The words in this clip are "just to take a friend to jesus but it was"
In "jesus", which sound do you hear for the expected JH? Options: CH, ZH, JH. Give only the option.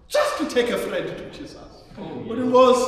CH